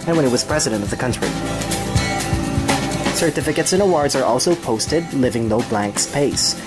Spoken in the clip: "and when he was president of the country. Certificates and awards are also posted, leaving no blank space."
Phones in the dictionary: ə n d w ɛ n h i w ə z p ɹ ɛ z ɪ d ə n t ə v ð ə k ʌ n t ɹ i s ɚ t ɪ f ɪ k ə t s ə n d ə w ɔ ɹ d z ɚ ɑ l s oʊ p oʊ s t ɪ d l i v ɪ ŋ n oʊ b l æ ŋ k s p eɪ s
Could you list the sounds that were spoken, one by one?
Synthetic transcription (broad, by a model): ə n w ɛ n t w ə z p ɹ ɛ z ɪ d ə n t ə v ð ə k ʌ n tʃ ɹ i s ɚ t ɪ f ɪ k ə t s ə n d ə w ɔ ɹ d z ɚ ɑ l s oʊ p oʊ s t ɪ d l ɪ v ɪ ŋ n oʊ b l æ ŋ k s p eɪ s